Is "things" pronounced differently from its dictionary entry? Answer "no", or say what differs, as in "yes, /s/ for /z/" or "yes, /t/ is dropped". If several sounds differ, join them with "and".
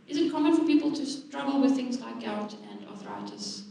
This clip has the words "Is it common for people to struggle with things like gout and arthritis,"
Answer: no